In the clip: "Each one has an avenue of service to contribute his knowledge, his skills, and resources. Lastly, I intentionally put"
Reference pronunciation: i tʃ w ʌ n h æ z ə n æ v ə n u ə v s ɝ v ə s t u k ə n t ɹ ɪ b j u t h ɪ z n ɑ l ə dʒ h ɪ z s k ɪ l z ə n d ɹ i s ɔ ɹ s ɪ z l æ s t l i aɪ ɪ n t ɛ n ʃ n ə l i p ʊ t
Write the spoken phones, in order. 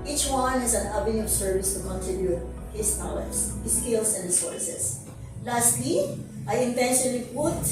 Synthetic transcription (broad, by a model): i tʃ w ʌ n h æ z ə n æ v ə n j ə s ɝ v ə s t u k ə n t ɪ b j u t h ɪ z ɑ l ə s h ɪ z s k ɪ l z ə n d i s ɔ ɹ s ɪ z l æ s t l i aɪ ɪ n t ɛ n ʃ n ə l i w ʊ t